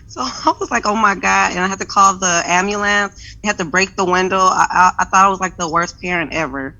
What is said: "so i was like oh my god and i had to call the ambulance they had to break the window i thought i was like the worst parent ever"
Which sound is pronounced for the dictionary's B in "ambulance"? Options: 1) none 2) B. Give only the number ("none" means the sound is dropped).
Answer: 1